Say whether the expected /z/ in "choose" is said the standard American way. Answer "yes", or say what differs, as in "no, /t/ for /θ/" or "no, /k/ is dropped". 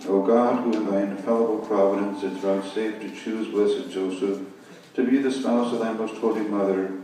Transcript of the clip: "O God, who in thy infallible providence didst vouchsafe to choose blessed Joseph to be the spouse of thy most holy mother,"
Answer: yes